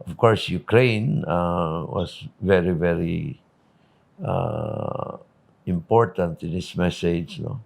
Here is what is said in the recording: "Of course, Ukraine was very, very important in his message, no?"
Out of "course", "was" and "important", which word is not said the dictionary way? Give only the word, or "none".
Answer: was